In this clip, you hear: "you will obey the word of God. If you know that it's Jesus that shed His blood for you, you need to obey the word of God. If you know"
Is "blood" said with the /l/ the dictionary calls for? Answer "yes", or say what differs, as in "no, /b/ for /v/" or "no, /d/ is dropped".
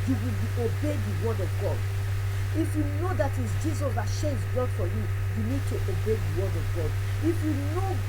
no, /l/ is dropped